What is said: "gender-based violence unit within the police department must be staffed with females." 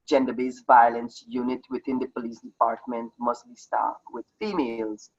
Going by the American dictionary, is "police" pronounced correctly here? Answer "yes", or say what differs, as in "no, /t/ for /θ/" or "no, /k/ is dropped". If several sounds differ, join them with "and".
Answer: yes